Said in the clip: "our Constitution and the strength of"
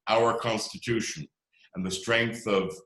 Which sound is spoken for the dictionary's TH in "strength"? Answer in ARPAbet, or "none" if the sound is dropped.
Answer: TH